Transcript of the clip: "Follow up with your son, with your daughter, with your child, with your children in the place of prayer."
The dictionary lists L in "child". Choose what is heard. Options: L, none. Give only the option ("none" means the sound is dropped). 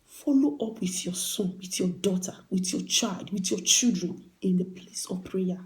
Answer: L